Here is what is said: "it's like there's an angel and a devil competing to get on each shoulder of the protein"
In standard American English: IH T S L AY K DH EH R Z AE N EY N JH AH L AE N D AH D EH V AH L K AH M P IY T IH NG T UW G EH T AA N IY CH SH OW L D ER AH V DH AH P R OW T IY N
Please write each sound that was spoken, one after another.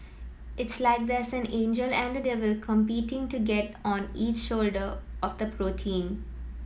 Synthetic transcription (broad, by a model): IH T S L AY K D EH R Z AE N EY N JH AH L AE N D AH D EH V AH L K AH M P IY T IH NG T UW G EH T AA N IY CH SH OW L D ER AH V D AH P R OW T IY N